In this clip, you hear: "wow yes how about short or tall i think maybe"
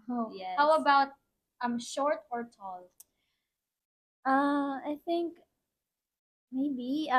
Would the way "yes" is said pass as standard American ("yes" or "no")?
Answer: no